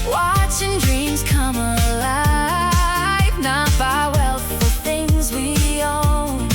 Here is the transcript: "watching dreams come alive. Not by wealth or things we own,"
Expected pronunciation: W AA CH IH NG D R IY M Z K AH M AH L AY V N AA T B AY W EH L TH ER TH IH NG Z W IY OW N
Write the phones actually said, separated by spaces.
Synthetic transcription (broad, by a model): W AA CH IH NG D R IY M Z K AH M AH L AY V N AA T B AY W EH L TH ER TH IH NG Z W IY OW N